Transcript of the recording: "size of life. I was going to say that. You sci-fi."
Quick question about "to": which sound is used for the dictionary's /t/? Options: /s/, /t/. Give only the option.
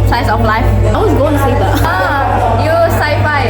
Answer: /s/